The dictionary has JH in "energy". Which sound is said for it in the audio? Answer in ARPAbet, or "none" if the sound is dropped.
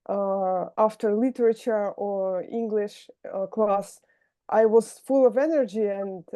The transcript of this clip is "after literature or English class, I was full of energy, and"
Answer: JH